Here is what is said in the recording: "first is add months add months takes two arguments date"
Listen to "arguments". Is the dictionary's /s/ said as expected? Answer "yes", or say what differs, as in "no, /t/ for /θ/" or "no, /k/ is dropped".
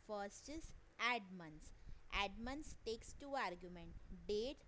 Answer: no, /s/ is dropped